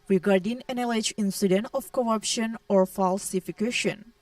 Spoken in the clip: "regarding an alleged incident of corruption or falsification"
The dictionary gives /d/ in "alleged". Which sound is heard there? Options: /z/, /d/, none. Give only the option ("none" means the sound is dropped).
none